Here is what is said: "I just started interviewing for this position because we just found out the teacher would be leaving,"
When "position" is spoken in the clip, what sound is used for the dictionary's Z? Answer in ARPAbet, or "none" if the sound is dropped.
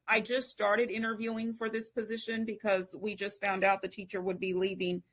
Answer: Z